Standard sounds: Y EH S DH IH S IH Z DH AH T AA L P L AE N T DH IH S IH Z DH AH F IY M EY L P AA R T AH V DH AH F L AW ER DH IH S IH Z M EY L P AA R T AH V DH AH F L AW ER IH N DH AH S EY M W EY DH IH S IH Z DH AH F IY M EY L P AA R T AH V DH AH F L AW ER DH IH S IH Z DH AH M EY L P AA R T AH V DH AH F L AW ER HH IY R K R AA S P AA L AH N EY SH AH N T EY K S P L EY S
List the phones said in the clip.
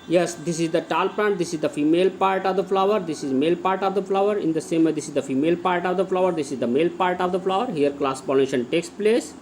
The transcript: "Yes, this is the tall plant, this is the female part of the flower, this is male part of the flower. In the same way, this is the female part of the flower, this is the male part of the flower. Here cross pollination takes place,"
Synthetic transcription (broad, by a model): Y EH S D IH S IH Z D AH T AA L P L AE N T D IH S IH Z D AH F IY M EY L P AA R T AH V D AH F L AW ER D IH S IH Z M EY L P AA R T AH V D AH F L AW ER IH N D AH S EY M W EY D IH S IH Z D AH F IY M EY L P AA R T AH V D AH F L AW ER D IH S IH Z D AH M EY L P AA R T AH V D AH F L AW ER HH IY R K L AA S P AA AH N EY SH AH N T EY K S P L EY S